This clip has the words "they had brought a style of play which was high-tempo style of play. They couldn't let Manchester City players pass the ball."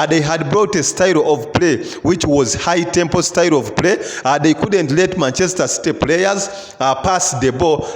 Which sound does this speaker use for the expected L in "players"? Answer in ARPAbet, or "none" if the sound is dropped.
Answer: L